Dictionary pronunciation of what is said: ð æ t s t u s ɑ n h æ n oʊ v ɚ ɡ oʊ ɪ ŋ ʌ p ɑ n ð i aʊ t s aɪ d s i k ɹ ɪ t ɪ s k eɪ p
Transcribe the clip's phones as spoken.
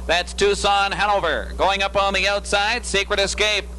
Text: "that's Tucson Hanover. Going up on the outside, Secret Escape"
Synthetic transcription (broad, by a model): ð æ t s t u s ɑ n h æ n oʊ v ɚ ɡ oʊ ɪ ŋ ʌ p n ð i aʊ t s aɪ d s i k ɹ ɪ t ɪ s k eɪ p